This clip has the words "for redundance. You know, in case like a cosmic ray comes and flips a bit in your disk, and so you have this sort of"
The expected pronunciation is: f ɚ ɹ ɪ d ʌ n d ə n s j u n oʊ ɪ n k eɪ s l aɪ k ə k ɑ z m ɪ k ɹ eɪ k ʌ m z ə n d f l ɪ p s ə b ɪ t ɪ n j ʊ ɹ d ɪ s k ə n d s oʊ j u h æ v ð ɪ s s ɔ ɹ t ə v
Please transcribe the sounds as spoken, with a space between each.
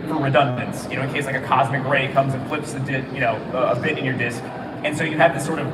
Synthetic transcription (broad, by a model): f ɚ ɹ ɪ d ʌ n d ə n s j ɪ n oʊ ɪ n k eɪ s l aɪ k ə k ɑ z m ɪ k ɹ eɪ k ʌ m z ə n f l ɪ p s ə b ɪ t ɪ n j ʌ ɹ d ɪ s k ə n s oʊ j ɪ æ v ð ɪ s s ɔ ɹ t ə v